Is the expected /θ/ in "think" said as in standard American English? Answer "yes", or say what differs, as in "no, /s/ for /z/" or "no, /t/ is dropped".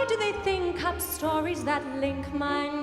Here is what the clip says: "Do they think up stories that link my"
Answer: yes